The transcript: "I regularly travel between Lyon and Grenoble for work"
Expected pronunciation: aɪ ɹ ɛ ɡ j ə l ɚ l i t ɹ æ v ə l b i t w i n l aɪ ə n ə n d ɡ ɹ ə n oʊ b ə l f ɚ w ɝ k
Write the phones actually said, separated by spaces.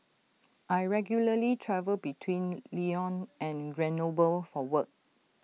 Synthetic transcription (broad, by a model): aɪ ɹ ɛ ɡ j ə l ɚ l i t ɹ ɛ v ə l b i t w i n l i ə n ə n ɡ ɹ ə n oʊ b ə l f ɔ w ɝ k